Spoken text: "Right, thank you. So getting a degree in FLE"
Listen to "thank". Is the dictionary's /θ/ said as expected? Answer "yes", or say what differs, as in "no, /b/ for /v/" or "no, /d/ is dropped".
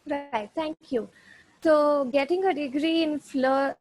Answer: no, /t/ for /θ/